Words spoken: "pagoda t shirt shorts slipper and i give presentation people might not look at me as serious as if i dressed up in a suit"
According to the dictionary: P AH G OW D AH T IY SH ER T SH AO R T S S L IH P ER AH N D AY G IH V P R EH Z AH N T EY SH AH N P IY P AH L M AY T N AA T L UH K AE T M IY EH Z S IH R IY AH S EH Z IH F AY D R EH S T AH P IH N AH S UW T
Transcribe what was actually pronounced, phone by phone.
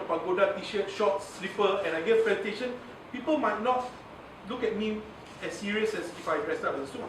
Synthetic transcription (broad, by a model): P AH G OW D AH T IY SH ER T SH AO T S S L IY P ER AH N AY G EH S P L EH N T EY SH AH N P IY P AH L M AY T N AA T L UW K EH T M IY EH S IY R IY AH S EH S IH F AY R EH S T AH B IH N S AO